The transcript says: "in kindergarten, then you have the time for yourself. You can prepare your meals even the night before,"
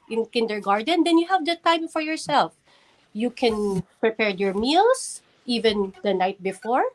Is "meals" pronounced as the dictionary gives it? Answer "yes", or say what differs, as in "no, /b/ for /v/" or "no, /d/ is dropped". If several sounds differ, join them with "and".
no, /s/ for /z/